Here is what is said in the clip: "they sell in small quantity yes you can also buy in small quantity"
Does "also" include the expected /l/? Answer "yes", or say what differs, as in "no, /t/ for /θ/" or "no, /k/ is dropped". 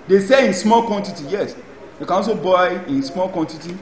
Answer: no, /l/ is dropped